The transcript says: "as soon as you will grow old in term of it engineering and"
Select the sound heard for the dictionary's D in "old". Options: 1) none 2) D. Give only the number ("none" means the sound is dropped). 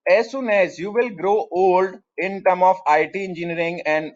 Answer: 2